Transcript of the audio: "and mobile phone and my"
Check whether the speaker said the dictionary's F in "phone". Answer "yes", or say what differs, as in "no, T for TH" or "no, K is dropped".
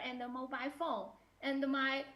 yes